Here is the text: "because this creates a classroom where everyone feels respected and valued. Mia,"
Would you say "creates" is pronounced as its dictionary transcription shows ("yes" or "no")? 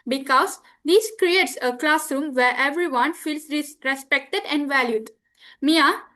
yes